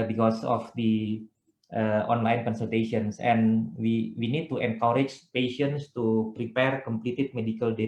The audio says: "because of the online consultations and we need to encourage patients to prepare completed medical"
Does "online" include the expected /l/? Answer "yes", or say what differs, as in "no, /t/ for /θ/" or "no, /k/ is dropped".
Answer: yes